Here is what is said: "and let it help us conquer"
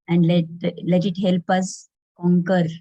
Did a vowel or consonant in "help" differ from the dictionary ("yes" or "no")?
no